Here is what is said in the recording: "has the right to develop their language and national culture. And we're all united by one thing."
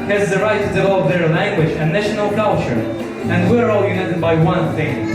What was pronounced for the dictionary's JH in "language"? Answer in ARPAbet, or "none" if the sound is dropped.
JH